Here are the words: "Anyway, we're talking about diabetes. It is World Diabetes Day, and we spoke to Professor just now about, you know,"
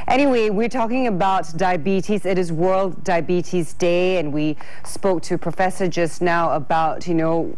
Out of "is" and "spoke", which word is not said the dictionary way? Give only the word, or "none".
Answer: none